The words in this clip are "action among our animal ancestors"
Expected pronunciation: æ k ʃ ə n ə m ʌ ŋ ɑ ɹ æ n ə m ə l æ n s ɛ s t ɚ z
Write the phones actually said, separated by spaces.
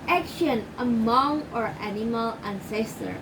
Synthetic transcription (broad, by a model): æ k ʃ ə n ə m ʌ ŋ ɑ ɹ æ n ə m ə l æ n s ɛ s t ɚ